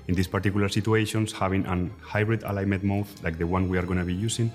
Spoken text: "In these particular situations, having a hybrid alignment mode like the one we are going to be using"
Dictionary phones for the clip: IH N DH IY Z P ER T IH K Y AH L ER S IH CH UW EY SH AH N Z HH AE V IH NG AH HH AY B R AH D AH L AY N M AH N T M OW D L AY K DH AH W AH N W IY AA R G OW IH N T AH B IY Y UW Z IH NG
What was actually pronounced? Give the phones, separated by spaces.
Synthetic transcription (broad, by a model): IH N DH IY S P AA T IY K Y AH L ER S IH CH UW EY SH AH N S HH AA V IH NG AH HH AY B R AH D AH L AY M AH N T M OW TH L AY K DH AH W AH N W IY AA R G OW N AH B IY Y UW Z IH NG